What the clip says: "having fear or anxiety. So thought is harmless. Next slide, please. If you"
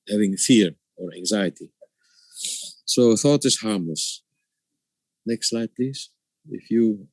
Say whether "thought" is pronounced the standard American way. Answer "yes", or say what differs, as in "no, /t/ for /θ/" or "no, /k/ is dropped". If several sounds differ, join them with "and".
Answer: yes